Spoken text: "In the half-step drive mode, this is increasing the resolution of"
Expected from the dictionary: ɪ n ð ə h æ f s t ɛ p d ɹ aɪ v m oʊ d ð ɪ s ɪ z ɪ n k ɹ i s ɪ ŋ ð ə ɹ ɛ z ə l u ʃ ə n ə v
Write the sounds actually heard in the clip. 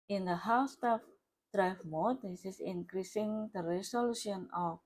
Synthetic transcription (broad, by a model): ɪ n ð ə h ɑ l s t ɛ f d ɹ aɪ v m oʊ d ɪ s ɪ s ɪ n k ɹ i s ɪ ŋ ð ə ɹ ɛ s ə l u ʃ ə n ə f